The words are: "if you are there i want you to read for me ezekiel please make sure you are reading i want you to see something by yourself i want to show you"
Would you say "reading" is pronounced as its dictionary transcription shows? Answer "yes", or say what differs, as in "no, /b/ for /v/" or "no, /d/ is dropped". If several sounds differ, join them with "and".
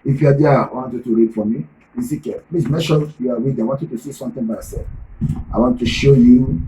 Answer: no, /w/ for /ɹ/